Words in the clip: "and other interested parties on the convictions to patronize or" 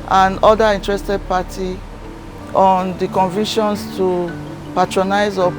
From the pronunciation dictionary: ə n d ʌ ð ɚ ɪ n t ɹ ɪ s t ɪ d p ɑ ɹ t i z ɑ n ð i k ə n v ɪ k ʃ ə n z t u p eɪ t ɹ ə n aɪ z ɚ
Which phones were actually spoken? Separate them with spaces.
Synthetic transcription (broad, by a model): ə n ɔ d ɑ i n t ɹ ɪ s t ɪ d p ɑ t i ɑ n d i k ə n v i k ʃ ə n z t u p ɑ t ɹ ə n aɪ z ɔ